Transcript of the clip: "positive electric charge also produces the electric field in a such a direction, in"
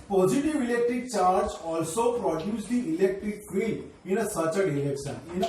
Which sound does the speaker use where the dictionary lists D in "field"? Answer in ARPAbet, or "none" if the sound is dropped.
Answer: none